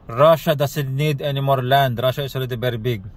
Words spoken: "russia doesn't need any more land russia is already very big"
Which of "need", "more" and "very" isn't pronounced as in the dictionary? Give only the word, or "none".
very